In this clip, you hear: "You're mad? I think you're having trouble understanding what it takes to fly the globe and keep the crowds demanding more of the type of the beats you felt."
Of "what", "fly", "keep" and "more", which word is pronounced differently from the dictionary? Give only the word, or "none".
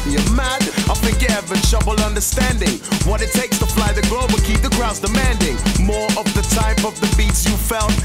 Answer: none